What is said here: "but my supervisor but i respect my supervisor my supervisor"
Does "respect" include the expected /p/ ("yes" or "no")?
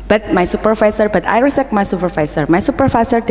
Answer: no